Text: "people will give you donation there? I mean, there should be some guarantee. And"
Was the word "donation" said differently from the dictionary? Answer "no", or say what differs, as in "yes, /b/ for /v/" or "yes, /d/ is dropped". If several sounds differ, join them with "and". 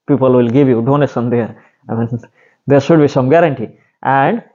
yes, /s/ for /ʃ/